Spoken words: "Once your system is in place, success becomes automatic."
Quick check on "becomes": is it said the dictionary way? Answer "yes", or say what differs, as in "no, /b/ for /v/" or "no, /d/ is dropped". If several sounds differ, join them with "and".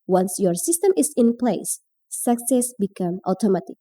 no, /z/ is dropped